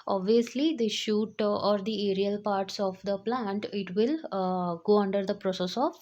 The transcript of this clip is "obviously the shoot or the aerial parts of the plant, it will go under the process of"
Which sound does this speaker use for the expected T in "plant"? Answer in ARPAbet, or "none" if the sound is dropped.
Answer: T